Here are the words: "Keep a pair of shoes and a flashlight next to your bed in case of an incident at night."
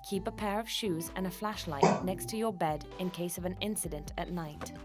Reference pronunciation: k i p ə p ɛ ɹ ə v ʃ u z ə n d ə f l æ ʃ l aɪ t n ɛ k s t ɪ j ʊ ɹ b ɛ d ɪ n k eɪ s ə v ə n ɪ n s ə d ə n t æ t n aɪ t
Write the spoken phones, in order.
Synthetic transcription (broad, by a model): k i p ə p ɛ ɹ ə v ʃ u z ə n ə f l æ ʃ l aɪ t n ɛ k s t ɪ j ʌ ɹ b ɛ d ɪ n k eɪ s ə v ə n ɪ n s ə d ə n t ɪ t n aɪ t